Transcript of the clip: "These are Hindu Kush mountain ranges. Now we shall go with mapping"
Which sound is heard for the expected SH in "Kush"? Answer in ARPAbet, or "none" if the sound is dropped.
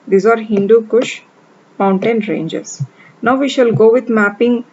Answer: SH